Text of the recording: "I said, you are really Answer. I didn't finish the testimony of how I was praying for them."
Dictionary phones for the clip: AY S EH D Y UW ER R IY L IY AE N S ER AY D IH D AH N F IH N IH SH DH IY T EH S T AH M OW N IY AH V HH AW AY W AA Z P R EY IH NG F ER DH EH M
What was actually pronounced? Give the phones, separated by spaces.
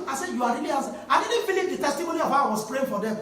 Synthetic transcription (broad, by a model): AY S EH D Y UW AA R IY L IY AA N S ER AY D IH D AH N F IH L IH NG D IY T EH S T AH M OW N IY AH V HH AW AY W AA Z P R EY IH NG F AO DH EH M